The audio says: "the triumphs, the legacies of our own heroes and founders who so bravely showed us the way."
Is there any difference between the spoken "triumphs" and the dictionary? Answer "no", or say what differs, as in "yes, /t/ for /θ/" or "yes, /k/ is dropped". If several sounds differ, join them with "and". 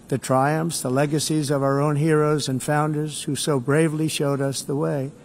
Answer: no